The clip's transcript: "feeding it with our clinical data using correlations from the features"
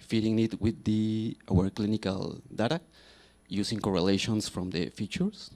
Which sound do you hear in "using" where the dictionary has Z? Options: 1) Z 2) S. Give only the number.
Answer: 2